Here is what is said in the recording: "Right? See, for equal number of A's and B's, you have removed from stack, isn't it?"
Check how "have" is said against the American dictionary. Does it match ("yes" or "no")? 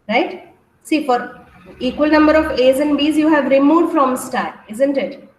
yes